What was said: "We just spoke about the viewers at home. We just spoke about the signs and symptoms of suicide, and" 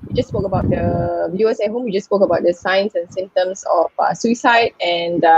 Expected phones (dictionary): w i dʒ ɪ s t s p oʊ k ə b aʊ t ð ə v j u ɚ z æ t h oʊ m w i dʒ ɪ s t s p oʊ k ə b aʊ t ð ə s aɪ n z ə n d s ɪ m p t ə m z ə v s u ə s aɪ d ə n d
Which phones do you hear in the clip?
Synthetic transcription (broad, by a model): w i dʒ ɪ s s p oʊ k ə b aʊ t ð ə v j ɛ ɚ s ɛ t h oʊ m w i dʒ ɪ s s p oʊ k ə b aʊ t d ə s aɪ n s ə n s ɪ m t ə m s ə f s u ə s aɪ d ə n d